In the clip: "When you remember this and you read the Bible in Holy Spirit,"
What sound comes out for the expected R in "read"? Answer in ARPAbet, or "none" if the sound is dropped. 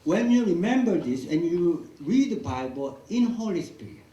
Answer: R